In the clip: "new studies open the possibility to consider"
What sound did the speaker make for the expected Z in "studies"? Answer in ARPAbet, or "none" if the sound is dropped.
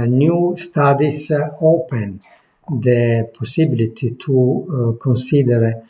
S